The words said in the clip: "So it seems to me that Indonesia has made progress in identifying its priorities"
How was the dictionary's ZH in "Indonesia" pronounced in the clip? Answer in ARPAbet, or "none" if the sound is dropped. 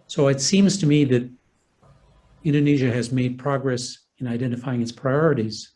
ZH